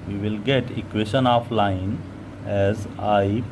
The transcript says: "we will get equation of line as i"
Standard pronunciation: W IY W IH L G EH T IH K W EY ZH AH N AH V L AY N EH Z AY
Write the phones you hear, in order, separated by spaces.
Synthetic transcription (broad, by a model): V IY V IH L G EH T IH K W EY SH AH N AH F L AY N EH Z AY